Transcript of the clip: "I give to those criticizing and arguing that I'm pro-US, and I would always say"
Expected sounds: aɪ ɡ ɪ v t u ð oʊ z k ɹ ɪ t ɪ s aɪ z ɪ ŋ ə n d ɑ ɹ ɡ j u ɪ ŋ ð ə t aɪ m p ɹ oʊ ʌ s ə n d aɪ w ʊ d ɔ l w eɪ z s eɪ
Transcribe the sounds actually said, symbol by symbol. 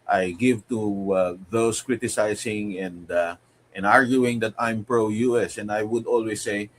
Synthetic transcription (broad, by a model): aɪ ɡ ɪ v t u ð oʊ s k ɹ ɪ t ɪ s aɪ s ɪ ŋ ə n d ɑ ɹ ɡ j u ɪ ŋ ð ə t aɪ m p ɹ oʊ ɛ s ə n d aɪ w ʊ d ɔ l w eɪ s eɪ